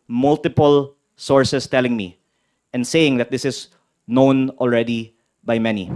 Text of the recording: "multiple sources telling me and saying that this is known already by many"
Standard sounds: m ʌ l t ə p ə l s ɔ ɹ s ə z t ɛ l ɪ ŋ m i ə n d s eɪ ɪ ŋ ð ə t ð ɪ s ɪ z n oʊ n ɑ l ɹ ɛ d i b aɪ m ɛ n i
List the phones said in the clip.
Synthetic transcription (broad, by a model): m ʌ l t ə p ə l s ɔ ɹ s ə s t ɛ l ɪ ŋ m i ə n d s eɪ ɪ ŋ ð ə t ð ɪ s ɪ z n oʊ n ɑ l ɹ ɛ d i b aɪ m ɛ n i